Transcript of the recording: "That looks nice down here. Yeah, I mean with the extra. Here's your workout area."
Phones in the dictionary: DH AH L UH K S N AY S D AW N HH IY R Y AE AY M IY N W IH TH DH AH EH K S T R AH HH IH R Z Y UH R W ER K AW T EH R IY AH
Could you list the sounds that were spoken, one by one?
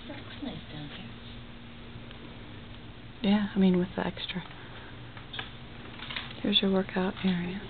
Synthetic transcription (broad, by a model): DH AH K N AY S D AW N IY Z Y AE AY M IY N W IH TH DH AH EH K S T R AH HH IH R Z Y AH R W ER K AW T EH R IY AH